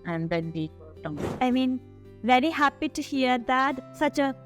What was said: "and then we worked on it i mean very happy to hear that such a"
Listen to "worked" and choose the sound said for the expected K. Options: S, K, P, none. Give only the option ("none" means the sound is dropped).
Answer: none